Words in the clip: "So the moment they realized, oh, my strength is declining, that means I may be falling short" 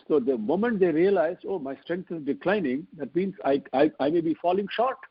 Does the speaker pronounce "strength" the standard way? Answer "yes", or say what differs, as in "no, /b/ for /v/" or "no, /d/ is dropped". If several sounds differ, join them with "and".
no, /t/ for /θ/